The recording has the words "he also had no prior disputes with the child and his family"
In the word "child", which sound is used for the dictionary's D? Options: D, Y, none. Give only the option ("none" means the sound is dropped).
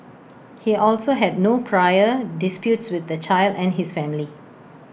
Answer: D